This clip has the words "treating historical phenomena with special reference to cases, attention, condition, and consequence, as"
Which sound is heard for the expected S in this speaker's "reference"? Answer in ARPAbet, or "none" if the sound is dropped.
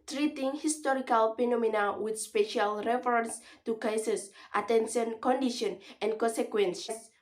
S